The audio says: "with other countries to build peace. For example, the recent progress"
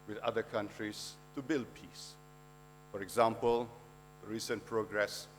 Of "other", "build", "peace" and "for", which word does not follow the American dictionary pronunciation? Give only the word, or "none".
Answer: none